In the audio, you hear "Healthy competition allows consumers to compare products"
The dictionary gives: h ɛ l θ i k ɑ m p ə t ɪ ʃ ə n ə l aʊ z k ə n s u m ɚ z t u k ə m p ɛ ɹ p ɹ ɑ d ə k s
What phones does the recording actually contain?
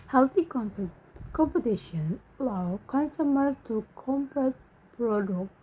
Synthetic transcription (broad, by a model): h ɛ l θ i k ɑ m p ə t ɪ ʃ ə n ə l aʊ k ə n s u m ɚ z t u k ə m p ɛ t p ɹ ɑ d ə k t